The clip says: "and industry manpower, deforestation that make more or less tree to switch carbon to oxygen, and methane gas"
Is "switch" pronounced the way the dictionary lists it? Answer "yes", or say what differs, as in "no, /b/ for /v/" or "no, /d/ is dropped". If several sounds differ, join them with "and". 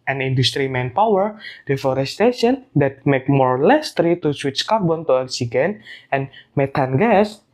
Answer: yes